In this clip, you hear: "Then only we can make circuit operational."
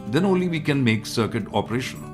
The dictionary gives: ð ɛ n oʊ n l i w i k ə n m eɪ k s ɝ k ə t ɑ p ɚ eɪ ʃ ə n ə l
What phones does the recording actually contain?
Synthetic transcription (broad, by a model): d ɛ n oʊ n l i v i k ə n m eɪ k s ɝ k ə t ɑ p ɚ eɪ ʃ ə n